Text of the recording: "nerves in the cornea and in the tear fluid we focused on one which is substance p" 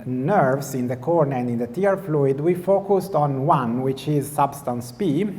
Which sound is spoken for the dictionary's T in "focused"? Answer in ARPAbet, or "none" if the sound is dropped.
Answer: T